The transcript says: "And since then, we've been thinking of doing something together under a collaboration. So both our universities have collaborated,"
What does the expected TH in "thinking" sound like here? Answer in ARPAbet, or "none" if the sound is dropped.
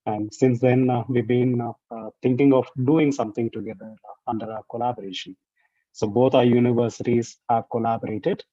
T